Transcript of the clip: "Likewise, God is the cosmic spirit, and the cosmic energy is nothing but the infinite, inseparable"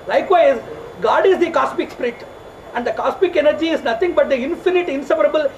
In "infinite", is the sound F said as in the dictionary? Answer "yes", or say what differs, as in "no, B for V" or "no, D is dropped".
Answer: yes